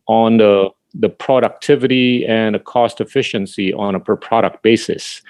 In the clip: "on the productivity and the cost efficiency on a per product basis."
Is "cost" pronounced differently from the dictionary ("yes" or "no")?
no